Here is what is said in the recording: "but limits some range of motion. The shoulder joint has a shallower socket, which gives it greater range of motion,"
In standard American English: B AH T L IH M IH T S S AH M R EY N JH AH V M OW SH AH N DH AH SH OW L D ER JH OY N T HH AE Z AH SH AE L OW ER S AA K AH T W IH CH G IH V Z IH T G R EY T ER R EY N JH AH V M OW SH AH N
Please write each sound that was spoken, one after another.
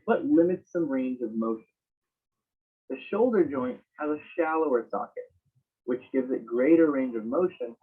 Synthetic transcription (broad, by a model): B AH T L IH M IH T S S AH M R EY N JH AH V M OW SH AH N DH AH SH OW L D ER JH OY N T HH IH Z AH SH AE L OW ER S AA K AH T W IH CH G IH V Z IH T G R EY T ER R EY N JH AH V M OW SH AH N